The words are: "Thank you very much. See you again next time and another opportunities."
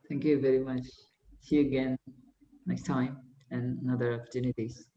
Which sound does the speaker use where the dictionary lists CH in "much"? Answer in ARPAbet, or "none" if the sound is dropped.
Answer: CH